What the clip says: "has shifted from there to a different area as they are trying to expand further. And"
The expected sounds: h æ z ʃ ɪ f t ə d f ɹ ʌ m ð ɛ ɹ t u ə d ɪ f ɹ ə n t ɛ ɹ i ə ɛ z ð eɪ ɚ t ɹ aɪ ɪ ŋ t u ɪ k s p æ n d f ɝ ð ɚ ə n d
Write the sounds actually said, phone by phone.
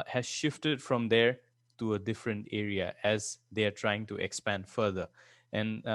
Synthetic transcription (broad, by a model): h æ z ʃ ɪ f t ə d f ɹ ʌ m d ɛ ɹ t u ə d ɪ f ɹ ə n t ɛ ɹ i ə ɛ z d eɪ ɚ t ɹ aɪ ɪ ŋ t u ɪ k s p æ n d f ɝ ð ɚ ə n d